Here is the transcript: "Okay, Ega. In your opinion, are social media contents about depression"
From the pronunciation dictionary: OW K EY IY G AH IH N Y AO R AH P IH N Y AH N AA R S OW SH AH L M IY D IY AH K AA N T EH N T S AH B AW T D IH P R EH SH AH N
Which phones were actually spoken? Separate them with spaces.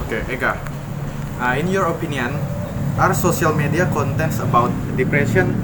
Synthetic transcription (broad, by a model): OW K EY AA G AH IH N Y AO R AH P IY N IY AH N AA R S OW S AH L M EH D IY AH K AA N T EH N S AH B AW T D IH P R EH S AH N